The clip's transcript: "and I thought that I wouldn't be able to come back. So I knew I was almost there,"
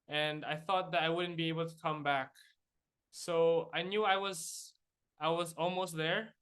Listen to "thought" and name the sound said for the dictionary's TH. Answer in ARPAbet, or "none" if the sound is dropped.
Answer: TH